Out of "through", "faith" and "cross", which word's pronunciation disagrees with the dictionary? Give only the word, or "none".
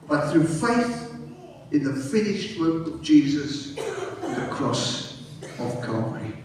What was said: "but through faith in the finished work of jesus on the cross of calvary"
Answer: none